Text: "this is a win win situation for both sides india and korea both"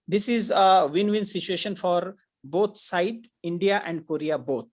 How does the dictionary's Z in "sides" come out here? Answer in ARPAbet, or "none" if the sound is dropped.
none